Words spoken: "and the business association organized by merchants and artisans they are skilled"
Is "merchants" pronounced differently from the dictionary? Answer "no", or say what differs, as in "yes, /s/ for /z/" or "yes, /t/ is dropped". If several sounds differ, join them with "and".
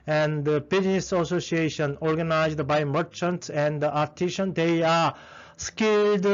no